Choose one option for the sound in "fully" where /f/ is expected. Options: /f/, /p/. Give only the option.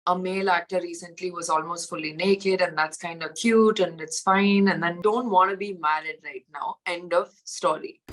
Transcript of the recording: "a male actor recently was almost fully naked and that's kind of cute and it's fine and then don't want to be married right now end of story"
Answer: /f/